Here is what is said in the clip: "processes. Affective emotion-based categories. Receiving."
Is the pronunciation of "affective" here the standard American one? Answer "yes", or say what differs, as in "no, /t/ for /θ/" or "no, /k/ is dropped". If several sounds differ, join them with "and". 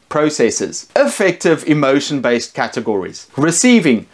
yes